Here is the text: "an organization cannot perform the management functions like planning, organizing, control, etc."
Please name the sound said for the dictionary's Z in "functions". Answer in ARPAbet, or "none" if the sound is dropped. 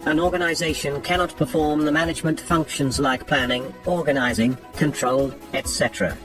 Z